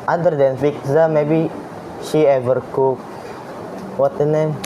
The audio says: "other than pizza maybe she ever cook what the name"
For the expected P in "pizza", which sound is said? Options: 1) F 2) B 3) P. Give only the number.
1